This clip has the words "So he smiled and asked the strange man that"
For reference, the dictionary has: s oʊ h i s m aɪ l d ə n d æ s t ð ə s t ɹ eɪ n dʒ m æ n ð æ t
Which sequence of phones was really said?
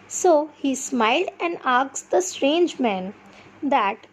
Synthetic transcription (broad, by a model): s oʊ h i s m aɪ l d ə n d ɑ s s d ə s t ɹ eɪ n dʒ m æ n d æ t